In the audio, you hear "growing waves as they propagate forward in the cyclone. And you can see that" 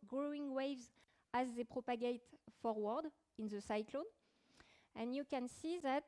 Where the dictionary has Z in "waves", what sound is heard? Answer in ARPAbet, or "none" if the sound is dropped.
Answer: Z